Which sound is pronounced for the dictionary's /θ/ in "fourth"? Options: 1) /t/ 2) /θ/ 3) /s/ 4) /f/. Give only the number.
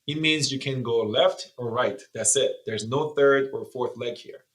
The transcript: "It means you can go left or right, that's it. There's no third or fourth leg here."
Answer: 2